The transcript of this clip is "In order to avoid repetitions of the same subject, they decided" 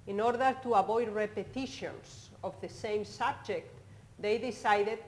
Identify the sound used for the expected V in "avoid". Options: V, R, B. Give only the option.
B